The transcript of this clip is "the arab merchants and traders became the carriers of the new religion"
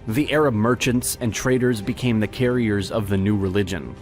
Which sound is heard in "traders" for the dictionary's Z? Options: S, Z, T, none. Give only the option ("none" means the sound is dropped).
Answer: Z